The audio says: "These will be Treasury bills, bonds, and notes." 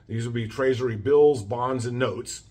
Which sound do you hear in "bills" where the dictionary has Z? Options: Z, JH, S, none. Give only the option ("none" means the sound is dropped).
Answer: Z